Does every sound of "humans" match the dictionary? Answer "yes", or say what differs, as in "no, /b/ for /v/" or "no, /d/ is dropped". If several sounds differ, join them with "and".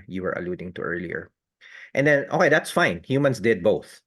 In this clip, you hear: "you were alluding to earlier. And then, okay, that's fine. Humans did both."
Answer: no, /s/ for /z/